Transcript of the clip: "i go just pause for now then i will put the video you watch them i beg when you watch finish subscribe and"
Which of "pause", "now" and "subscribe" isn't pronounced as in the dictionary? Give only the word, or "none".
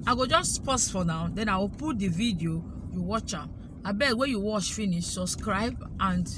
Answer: pause